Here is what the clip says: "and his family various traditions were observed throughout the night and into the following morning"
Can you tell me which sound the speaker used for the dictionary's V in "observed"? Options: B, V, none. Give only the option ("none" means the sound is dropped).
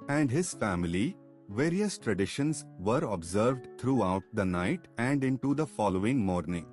V